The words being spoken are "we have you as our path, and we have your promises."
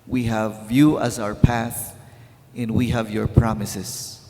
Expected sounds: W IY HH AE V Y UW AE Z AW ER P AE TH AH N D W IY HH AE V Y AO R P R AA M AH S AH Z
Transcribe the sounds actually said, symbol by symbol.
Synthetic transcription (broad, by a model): W IY HH AE V Y UW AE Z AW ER P AE TH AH N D W IY HH AE V Y AO R P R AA M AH S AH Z